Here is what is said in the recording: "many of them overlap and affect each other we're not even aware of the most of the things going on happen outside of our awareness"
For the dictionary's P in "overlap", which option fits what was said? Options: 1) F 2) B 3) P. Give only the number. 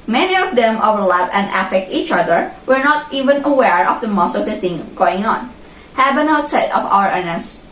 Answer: 1